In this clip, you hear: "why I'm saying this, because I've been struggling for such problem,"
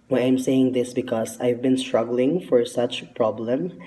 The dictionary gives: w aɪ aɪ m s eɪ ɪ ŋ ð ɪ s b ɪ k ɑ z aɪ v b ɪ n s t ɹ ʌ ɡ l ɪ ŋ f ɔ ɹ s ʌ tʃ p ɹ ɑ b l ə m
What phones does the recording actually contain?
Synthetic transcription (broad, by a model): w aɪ aɪ m s eɪ ɪ ŋ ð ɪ s b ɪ k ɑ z aɪ v b ɪ n s t ɹ ʌ ɡ l ɪ ŋ f ɔ ɹ s ʌ tʃ p ɹ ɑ b l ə m